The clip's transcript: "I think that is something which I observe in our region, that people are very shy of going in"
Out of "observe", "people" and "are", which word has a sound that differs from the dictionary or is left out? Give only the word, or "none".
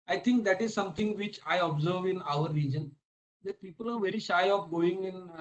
none